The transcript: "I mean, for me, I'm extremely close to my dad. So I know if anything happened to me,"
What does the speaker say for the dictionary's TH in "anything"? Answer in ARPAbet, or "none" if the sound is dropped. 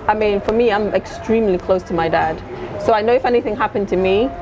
TH